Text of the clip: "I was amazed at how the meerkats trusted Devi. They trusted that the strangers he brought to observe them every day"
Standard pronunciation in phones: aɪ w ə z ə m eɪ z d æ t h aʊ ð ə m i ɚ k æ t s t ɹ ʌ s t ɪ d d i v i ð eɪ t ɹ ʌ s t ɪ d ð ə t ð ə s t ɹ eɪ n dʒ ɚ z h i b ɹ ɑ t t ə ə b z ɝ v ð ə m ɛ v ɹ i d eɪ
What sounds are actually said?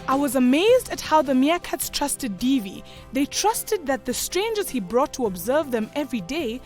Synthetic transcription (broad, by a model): aɪ w ə z ə m eɪ z d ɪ t h aʊ ð ə m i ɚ k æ t s t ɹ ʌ s t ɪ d d i v i ð eɪ t ɹ ʌ s t ɪ d ð ə t ð ə s t ɹ eɪ n dʒ ɚ z h i b ɹ ɑ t t ə ə b z ɝ v ð ə m ɛ v ɹ i d eɪ